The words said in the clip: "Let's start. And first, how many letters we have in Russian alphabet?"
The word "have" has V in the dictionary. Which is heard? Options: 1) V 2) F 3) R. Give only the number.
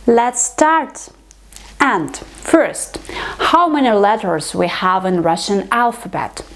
1